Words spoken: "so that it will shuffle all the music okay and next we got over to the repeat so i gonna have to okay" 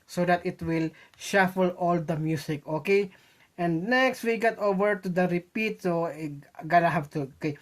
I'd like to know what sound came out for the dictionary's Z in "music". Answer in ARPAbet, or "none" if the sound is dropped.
S